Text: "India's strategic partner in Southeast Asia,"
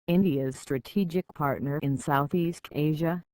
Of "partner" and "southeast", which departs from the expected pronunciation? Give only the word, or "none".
none